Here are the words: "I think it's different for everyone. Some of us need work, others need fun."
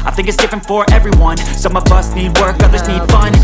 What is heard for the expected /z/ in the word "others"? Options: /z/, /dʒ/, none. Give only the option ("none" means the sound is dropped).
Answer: /z/